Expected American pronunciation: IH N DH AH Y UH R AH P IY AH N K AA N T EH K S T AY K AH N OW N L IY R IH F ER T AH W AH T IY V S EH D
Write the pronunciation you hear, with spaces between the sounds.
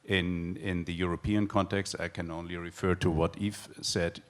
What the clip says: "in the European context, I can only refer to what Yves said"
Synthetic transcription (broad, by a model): IH N DH AH Y UH R AH P IY AH N K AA N T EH K S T AY K AH N OW N L IY R IH F ER T AH W AH T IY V S EH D